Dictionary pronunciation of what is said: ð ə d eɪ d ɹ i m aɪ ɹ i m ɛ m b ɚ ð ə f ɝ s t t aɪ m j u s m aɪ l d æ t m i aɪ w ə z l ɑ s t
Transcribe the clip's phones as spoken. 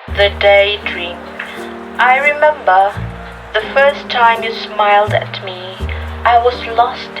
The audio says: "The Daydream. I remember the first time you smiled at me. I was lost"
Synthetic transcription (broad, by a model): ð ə d eɪ d ɹ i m aɪ ɹ i m ɛ m b ɚ ð ə f ɝ s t t aɪ m j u s m aɪ l d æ t m i aɪ w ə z l ɑ s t